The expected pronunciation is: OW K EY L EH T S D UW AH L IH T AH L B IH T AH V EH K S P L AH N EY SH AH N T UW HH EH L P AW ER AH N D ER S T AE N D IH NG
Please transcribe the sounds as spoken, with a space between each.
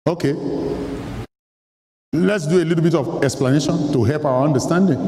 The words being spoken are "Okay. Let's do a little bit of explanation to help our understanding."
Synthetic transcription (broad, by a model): OW K EY L EH T S D UW AH L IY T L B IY T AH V EH K S P L AH N EY SH AH N T UW HH EH L P AW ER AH N D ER S T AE N D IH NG